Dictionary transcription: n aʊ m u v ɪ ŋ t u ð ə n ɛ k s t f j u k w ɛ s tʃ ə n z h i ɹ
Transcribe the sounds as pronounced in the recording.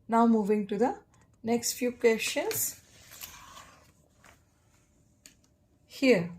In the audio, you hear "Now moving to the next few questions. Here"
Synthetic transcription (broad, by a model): n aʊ m u v ɪ ŋ t u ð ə n ɛ k s t f j u k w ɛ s ʃ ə n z h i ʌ